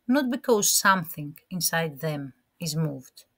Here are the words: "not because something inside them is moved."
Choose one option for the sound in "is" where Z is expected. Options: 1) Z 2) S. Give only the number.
1